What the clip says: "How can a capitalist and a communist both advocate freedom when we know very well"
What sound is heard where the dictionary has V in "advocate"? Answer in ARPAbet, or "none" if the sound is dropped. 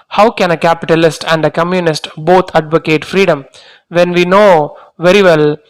V